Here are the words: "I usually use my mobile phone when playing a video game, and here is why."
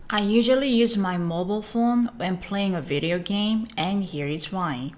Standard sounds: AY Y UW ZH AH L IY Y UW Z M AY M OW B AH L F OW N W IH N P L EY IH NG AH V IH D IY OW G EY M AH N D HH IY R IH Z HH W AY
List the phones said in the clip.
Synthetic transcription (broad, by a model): AY Y UW ZH AH L IY Y UW Z M AY M OW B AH L F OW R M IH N P L EY IH NG AH V IH D IY OW G EY M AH N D HH IY R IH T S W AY